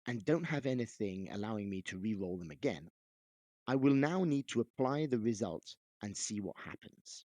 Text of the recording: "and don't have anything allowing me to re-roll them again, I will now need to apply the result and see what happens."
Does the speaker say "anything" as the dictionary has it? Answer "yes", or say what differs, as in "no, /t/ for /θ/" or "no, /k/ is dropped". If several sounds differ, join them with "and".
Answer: yes